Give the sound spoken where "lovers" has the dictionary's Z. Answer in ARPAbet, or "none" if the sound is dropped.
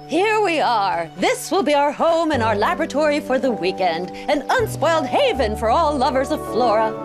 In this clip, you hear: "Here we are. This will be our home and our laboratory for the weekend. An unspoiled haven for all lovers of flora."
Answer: Z